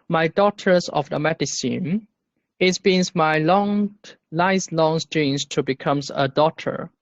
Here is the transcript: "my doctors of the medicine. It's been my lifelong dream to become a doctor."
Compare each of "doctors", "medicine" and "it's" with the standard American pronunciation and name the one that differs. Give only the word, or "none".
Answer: doctors